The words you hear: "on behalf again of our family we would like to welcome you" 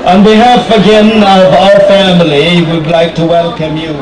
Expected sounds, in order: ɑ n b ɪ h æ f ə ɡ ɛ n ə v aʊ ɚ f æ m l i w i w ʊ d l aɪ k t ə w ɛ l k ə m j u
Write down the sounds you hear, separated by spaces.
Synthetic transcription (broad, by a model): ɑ n b ɪ h æ f ə ɡ ɛ n ə v aʊ ɚ f æ m l i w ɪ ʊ d l aɪ k t ə w ɛ l k ə m j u